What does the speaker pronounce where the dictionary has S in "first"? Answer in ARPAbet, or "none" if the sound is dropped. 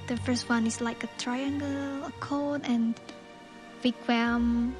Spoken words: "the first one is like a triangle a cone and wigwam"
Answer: S